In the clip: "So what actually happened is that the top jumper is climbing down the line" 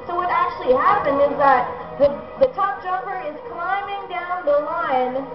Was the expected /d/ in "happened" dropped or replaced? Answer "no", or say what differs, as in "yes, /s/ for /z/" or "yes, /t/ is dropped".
no